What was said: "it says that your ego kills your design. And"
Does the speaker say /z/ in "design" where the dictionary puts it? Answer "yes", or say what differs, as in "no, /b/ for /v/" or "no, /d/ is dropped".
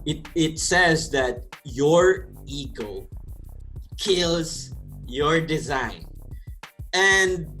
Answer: yes